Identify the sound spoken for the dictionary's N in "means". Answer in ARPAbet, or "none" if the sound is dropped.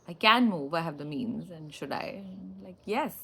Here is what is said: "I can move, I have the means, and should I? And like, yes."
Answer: N